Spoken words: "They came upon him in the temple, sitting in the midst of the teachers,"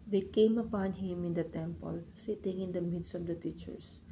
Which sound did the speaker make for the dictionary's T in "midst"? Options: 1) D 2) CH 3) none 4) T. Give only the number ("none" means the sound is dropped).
4